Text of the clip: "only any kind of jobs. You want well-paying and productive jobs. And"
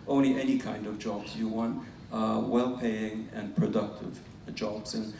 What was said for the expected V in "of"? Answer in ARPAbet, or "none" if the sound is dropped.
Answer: V